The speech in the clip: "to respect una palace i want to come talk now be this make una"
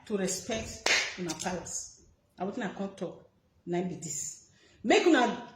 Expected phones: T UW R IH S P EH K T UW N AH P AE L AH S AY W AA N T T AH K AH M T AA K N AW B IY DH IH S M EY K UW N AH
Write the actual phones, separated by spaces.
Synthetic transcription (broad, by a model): T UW R IH S P EH K T UW N AH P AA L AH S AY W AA T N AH K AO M T AA K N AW B IY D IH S M EY K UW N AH